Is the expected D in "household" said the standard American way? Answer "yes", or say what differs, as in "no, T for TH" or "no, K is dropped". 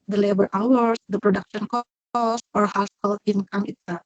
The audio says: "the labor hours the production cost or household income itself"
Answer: no, D is dropped